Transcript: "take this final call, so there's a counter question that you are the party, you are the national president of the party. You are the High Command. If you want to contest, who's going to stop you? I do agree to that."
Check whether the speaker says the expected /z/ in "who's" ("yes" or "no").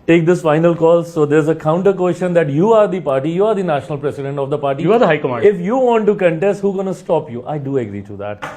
no